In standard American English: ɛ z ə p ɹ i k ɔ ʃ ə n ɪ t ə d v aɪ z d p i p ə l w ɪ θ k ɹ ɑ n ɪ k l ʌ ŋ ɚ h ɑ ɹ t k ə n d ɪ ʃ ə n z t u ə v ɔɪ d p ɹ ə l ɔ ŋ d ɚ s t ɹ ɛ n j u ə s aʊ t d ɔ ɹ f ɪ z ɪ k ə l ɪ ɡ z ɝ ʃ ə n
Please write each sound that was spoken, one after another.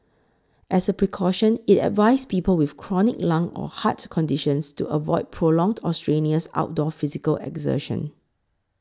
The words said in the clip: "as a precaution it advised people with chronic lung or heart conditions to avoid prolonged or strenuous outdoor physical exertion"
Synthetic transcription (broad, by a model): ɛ s ə p ɹ i k ɔ ʃ ə n ɪ t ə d v aɪ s p i p ə l w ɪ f k ɹ ɑ n ɪ k l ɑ ŋ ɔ h ɑ t k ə n d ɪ ʃ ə n s t u ə v ɔɪ d p ɹ ə l ɔ ŋ d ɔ s t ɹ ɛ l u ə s aʊ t d ɔ f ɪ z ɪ k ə l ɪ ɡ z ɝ ʃ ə n